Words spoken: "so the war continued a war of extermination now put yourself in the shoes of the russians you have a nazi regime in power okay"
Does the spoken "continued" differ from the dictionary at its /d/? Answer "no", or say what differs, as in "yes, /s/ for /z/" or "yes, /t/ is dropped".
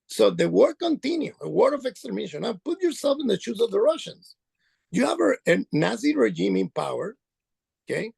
yes, /d/ is dropped